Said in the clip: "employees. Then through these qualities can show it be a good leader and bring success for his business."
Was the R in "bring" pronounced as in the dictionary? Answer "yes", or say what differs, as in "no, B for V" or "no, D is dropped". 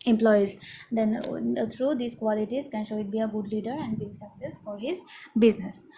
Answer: no, R is dropped